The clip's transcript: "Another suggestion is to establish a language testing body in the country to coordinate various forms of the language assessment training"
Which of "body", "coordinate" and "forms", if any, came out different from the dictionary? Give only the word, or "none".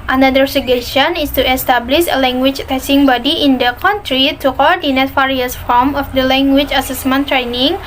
forms